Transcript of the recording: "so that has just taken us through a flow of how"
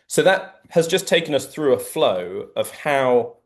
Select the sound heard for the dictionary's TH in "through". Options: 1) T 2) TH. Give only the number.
2